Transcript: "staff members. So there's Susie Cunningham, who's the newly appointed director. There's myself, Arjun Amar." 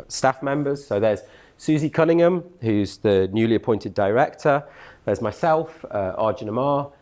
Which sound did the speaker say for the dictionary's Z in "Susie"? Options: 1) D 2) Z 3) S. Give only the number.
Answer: 2